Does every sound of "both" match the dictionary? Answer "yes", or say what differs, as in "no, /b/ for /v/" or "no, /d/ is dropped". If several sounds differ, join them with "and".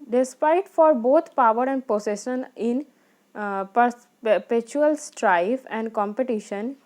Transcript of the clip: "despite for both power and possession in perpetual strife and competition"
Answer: no, /t/ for /θ/